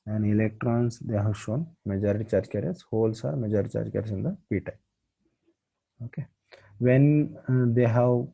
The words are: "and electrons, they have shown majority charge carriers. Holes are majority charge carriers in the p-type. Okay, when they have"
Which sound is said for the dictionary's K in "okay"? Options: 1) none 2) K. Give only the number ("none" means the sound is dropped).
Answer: 2